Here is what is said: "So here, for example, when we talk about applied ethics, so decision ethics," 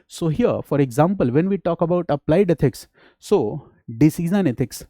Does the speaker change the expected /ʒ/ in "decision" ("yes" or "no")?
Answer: yes